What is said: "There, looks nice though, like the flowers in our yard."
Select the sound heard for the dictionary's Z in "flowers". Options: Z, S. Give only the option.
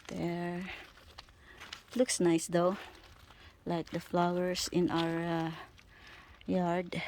S